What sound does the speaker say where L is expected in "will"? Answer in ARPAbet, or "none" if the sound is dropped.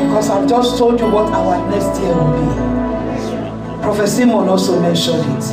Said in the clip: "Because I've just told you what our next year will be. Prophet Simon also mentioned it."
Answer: N